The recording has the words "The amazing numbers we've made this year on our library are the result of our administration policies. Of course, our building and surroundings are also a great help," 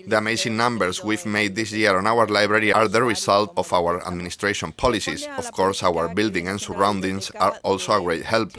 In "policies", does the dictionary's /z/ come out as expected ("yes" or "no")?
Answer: no